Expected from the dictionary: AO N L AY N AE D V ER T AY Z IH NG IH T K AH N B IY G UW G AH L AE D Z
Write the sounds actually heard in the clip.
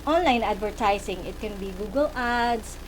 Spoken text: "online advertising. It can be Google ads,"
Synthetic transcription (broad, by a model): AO N L AY N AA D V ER T AY S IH NG IH T K AH N B IY G UW G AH L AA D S